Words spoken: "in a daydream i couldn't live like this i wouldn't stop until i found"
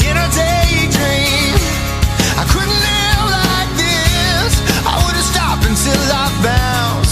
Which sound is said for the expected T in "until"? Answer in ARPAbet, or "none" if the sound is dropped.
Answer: S